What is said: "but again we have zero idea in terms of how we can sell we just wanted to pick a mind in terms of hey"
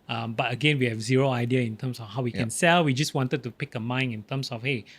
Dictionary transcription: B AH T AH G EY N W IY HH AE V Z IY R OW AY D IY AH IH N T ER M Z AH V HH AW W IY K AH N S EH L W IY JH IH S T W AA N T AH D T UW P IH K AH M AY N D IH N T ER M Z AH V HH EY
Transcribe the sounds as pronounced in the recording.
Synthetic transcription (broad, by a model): B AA T AH G EY N W IY HH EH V Z IY R OW AY D IY AH IH N T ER M S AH F HH AW W IY K AH N S EH L W IY JH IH S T W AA N T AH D T UW P IH K AH M AY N IH N T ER M S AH F HH EY